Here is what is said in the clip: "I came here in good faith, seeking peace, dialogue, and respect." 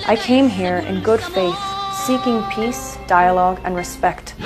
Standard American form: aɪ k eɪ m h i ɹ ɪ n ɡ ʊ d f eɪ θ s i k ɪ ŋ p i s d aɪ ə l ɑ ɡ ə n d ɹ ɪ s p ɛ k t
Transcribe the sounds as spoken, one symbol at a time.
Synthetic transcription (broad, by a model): aɪ k eɪ m h i ɹ ɪ n ɡ ʊ d f eɪ θ s i k ɪ ŋ p i s d aɪ ə l ɑ ɡ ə n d ɹ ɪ s p ɛ k t